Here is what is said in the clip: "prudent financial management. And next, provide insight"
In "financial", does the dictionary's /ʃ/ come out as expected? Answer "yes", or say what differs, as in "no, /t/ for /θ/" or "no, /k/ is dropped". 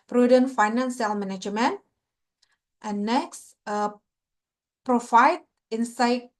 no, /s/ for /ʃ/